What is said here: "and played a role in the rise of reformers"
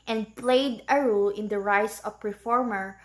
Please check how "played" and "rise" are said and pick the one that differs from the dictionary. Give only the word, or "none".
rise